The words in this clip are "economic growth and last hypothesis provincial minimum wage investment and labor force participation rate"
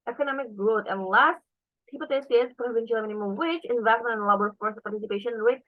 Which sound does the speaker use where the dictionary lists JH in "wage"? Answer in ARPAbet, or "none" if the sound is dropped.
CH